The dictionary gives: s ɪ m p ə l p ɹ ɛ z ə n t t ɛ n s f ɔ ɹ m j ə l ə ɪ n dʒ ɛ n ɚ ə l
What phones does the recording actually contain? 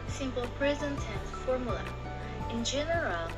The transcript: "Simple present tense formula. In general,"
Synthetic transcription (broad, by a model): s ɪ m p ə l p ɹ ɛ z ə n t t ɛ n f ɔ ɹ m j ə l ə ɪ n dʒ ɛ n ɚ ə l